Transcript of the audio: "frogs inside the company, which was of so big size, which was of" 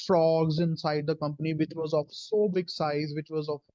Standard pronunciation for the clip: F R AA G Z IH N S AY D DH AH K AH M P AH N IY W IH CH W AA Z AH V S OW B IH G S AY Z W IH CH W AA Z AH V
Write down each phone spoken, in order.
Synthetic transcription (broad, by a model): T R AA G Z IH N S AY D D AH K AH M P AH N IY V IH CH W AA Z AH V S OW B IH G S AY Z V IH CH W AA Z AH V